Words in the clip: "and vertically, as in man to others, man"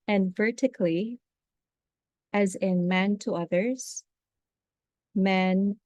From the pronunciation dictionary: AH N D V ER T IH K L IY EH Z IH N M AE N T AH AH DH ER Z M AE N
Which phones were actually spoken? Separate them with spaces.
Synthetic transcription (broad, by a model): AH N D V ER T IH K L IY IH Z IH N M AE N T AH AH DH ER Z M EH N